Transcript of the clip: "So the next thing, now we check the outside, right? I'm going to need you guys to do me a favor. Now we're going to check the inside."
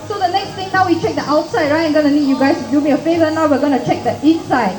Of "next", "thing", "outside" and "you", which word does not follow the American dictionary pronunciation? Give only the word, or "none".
thing